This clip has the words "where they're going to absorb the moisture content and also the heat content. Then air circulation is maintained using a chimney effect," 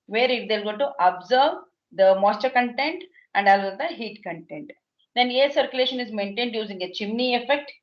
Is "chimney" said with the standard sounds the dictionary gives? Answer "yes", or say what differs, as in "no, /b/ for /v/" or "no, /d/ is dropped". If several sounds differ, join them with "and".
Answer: yes